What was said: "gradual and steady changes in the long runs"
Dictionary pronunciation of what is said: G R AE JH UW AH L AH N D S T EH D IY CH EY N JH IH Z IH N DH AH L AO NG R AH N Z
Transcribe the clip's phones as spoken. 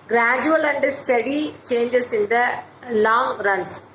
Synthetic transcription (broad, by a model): G R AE JH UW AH L AH N D S T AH D IY CH EY N JH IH S IH N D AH L AO NG R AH N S